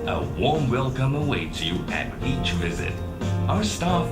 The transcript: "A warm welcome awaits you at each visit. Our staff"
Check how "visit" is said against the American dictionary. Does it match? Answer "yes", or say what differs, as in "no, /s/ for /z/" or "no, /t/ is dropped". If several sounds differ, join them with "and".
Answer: yes